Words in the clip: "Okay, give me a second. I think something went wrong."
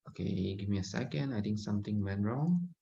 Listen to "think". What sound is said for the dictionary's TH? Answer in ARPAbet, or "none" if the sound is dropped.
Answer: T